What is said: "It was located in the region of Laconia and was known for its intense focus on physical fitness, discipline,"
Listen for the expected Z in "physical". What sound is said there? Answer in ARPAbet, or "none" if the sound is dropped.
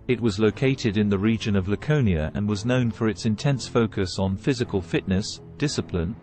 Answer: Z